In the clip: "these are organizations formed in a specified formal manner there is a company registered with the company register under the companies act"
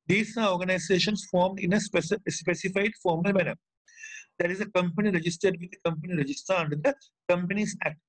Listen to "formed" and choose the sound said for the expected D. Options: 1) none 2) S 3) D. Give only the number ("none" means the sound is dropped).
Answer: 3